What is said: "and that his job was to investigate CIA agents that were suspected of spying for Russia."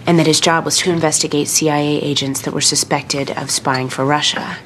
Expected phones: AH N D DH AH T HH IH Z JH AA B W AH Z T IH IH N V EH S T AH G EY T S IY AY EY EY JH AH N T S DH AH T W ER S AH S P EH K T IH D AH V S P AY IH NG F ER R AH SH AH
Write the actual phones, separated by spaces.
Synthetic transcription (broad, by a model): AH N DH AH T HH IH Z JH AA B W AH Z T IH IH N V EH S T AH G EY T S IY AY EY EY JH AH N T S DH AH T W ER S AH S P EH K T IH D AH V S P AY IH NG F ER R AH SH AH